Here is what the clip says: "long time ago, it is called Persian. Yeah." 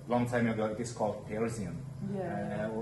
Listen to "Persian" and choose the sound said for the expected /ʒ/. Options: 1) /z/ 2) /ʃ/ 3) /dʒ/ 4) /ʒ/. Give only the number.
1